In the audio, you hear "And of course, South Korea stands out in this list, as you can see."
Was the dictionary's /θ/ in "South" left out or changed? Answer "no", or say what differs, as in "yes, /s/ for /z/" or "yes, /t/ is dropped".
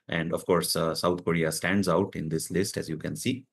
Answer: yes, /t/ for /θ/